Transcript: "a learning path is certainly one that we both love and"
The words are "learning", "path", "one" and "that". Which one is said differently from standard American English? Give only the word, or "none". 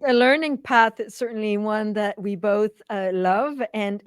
none